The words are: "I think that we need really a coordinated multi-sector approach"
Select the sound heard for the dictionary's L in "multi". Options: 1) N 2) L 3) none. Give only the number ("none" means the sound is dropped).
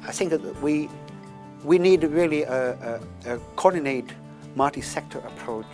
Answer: 3